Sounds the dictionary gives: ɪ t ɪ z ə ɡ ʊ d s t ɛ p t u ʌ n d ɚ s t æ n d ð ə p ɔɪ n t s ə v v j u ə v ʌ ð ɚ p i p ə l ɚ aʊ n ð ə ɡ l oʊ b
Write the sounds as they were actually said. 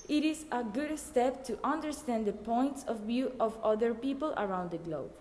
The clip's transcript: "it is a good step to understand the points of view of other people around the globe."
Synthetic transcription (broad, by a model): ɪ t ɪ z ə ɡ ʊ d s t ɛ p t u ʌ n d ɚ s t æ n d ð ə p ɔɪ n t s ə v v j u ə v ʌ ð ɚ p i p ə l ɚ aʊ n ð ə ɡ l oʊ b